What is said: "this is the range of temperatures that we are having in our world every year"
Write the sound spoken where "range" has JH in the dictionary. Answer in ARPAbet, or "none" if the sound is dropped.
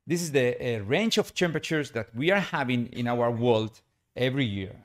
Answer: CH